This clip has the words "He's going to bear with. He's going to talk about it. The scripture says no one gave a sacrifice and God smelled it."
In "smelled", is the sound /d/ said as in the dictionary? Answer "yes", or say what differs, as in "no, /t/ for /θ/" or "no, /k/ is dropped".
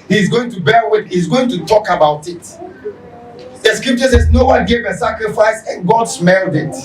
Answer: yes